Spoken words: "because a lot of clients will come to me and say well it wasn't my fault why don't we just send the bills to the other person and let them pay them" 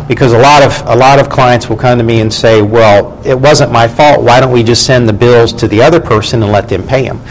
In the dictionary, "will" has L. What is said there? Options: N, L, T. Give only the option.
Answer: L